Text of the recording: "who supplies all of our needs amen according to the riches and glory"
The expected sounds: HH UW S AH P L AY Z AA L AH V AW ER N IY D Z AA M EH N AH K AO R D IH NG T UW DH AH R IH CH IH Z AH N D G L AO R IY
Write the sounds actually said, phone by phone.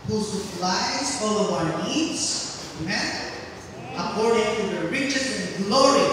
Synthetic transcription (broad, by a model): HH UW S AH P L AY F AA L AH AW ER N IY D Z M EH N AH K AO R D IH NG T UW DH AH R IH CH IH S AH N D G L AO R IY